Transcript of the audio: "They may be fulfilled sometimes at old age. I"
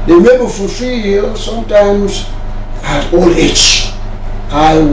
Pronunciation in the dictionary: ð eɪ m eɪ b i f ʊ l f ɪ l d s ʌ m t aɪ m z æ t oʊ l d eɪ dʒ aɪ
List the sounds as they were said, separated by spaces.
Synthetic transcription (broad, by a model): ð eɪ m eɪ b i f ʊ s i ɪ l s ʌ m t aɪ m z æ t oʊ l eɪ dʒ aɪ